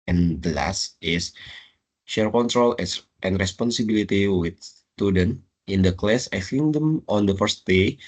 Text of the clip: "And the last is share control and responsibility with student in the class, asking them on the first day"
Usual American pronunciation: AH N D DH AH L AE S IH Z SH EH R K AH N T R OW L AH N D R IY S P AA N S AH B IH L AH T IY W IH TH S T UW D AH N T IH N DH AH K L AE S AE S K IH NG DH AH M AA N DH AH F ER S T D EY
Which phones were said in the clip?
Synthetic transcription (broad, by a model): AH N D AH L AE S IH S SH EH R K AH N T R OW L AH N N R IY S P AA N S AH B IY L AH T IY W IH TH S T UW D AH N T IH N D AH K L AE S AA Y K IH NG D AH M AA N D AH F ER S T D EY